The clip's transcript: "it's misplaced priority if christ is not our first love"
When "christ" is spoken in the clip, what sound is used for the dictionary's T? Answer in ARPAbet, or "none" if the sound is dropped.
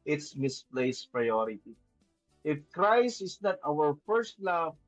none